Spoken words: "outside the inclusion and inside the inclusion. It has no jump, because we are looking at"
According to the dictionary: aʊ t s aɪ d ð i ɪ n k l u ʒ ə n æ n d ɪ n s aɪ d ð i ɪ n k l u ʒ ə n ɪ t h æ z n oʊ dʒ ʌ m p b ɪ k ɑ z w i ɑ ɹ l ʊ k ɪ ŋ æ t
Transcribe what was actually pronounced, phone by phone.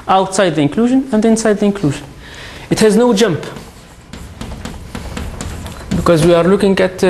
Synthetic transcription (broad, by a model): aʊ t s aɪ d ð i ɪ n k l u ʒ ə n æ n d ɪ n s aɪ d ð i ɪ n k l u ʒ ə n ɪ t h æ z n oʊ dʒ ʌ m p b ɪ k ɑ z w i ɑ ɹ l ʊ k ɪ ŋ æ t